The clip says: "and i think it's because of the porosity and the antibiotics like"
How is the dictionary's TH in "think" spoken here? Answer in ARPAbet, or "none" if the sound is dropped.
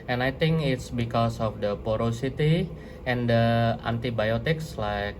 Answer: T